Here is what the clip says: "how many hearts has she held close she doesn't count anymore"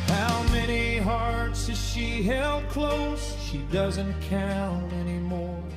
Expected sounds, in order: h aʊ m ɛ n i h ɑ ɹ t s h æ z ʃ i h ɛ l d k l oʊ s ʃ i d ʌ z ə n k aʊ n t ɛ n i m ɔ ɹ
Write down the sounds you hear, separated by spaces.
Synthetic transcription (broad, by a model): h aʊ m ɛ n i h ɑ ɹ t s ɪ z ʃ i h ɛ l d k l oʊ s ʃ i d ʌ z ə n k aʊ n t ɛ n i m ɔ ɹ